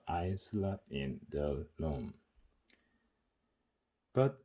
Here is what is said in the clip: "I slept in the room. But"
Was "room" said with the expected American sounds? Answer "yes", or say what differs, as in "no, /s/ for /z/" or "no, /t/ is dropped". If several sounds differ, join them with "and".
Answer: no, /l/ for /ɹ/